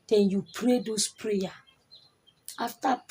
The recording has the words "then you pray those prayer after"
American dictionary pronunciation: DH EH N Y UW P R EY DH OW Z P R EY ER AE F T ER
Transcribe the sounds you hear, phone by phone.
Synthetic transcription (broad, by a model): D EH N Y UW P R EY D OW S P R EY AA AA F T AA